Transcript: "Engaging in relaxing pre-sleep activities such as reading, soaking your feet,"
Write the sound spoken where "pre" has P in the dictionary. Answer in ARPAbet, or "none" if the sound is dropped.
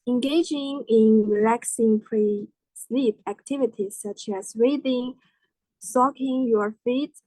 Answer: P